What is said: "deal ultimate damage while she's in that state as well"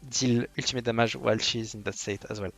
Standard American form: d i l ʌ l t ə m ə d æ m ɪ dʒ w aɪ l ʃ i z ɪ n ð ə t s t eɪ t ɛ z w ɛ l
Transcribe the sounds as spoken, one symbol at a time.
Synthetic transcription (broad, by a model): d i l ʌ l t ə m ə d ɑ m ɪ ʒ w aɪ l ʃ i z ɪ n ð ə t s t eɪ t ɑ z w ɛ l